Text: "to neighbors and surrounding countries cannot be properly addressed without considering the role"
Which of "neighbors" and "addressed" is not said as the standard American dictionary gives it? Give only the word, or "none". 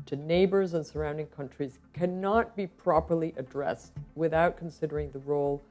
none